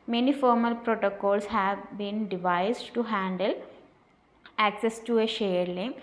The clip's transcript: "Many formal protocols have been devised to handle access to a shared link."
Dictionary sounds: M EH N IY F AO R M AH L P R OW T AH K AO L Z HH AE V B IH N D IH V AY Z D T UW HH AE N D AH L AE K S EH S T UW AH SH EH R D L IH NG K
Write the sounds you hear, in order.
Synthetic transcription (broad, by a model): M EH N IY F AO R M AH L P R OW T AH K AO L S HH AE V B IH N D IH V AY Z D T UW HH AE N D AH L AE K S EH S T UW AH SH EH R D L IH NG